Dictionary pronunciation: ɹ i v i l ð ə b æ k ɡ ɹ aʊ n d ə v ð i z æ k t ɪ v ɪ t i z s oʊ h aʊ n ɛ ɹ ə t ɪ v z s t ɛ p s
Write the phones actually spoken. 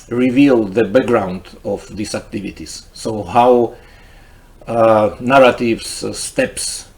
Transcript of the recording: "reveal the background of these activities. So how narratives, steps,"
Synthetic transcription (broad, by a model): ɹ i v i l ð ə b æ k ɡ ɹ aʊ n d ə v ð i s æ k t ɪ v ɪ t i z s oʊ h aʊ n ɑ ɹ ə t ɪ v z s t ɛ p s